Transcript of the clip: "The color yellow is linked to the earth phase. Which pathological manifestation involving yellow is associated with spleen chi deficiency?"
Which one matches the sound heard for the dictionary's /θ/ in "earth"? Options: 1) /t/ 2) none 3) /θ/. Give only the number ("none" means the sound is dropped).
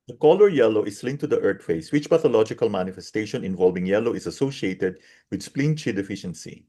1